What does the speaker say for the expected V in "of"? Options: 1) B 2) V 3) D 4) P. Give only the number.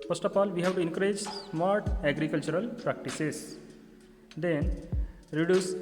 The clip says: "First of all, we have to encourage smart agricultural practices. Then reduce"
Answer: 4